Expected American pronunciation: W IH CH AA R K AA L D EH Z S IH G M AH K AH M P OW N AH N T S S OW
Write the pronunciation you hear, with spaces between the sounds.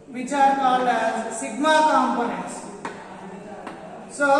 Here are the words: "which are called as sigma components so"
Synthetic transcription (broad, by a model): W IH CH AA R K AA L EH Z S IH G M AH K AH M P OW N AH N T S S OW